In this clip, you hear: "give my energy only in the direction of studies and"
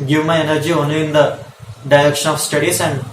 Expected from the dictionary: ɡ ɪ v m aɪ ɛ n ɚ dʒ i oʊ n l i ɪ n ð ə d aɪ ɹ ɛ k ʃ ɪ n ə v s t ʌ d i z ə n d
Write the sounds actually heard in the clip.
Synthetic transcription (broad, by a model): ɡ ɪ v m aɪ ɛ n ɚ dʒ i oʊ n i ɪ n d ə d aɪ ɹ ɛ k ʃ ɪ n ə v s t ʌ d i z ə n d